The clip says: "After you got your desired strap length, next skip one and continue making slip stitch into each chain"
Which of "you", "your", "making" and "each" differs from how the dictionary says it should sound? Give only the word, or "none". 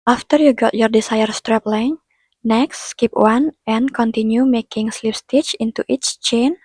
none